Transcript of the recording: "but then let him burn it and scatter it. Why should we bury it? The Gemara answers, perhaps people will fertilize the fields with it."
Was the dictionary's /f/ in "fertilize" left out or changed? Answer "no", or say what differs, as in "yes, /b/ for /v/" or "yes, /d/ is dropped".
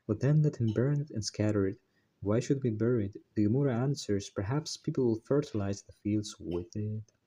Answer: no